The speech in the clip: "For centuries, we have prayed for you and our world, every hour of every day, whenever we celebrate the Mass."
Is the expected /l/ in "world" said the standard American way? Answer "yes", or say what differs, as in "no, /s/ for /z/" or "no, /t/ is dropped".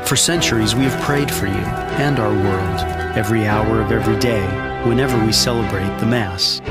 yes